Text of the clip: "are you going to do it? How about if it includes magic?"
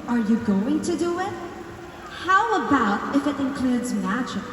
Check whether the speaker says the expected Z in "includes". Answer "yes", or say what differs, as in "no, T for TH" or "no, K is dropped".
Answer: yes